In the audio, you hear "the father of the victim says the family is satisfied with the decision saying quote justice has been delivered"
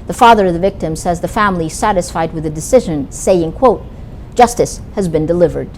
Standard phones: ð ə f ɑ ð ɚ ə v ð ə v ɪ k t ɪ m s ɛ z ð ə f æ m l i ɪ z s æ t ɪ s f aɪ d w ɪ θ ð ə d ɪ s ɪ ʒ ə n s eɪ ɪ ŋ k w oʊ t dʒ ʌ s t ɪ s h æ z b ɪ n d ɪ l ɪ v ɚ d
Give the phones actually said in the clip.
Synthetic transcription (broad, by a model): ð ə f ɑ ð ɚ ə v ð ə v ɪ k t ɪ m s ɛ z ð ə f æ m l i s æ t ɪ s f aɪ d w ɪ ð ə d ɪ s ɪ ʒ ə n s eɪ ɪ ŋ k w oʊ t dʒ ʌ s t ɪ s h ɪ z b ɪ n d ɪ l ɪ v ɚ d